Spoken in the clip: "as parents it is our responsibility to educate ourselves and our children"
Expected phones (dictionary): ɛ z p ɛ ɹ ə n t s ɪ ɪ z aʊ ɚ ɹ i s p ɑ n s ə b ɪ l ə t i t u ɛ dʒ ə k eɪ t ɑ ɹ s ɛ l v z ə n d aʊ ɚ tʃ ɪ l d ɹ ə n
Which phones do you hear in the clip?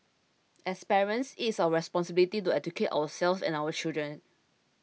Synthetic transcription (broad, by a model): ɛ s p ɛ ɹ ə n s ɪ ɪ s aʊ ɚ ɹ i s p ɑ n s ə b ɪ l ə t i t u ɛ dʒ ə k eɪ t ɑ w s ɛ l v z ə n aʊ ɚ tʃ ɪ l d ɹ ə n